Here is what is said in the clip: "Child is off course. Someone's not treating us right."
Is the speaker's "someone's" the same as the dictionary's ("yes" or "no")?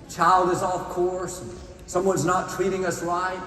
yes